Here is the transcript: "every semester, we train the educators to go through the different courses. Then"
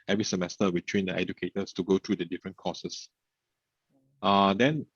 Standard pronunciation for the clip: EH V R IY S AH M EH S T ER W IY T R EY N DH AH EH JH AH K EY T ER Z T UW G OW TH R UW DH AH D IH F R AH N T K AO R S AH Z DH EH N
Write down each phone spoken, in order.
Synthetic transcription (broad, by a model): EH V R IY S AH M EH S T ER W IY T W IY N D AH EH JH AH K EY T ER S T UW G OW T R UW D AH D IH F R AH N K AO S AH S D EH N